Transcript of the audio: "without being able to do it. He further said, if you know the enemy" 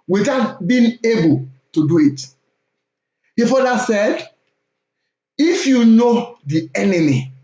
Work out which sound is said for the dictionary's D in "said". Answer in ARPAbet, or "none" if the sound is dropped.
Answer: D